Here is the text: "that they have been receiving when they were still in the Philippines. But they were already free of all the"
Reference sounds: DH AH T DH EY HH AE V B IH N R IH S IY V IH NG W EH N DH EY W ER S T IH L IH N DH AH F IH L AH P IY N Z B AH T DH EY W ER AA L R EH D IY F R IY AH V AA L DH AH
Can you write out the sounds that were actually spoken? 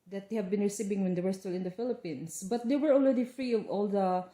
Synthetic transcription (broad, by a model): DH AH T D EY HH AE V B IH N R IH S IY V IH NG W EH N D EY W ER S T IH L IH N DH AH F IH L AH P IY N S B AH T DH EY W ER AA L R EH D IY F R IY AH V AA L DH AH